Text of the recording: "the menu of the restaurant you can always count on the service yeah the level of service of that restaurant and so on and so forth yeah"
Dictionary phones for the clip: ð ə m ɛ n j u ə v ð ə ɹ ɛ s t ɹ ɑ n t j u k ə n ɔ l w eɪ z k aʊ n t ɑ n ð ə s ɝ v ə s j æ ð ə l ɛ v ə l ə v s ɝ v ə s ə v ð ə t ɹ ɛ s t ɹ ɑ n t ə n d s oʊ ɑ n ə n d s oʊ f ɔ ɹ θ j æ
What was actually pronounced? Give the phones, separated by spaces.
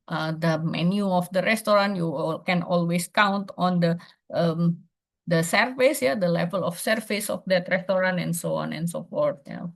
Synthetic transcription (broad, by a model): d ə m ɛ n j u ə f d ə ɹ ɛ s t ɹ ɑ n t j u k ə n ɔ l w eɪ s k aʊ n t ɑ n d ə s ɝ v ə s j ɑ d ə l ɛ v ə l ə f s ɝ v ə s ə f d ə t ɹ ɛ s t ɹ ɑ n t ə n s oʊ ɑ n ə n s oʊ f ɔ ɹ t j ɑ